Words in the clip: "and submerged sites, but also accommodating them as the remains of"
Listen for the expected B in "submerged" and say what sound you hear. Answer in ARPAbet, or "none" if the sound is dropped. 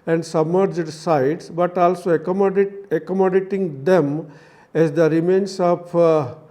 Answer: B